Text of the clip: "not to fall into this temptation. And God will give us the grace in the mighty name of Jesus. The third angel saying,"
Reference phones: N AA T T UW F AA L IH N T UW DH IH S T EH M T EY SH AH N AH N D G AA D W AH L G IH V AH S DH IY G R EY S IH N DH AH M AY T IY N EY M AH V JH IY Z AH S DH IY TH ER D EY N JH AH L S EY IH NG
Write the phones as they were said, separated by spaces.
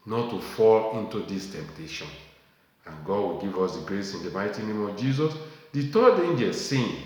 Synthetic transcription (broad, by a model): N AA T T UW F AA L IH N T UW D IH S T EH M T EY SH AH N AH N G AA D W AH L G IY V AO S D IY G R EY S IH N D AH M AY T IY N EY M AH V JH IY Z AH S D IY T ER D EY N JH AH L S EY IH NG